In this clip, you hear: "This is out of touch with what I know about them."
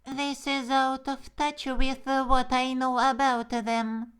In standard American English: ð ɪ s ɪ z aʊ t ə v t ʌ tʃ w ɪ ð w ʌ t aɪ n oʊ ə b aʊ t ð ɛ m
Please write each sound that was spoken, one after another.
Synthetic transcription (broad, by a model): ð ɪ s ɪ z aʊ t ə v t ʌ tʃ w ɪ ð w ʌ t aɪ n oʊ ə b aʊ t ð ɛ m